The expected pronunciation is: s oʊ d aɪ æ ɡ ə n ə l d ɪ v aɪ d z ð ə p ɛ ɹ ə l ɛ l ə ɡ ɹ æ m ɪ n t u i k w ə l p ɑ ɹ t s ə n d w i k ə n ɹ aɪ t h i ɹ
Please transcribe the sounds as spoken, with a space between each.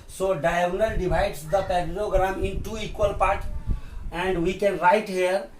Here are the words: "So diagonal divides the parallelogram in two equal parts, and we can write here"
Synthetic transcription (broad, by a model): s oʊ d aɪ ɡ n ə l d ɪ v aɪ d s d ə p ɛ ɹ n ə ɡ ɹ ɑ m ɪ n t u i k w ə l p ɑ ɹ t ə n d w i k ə n ɹ aɪ t h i ɹ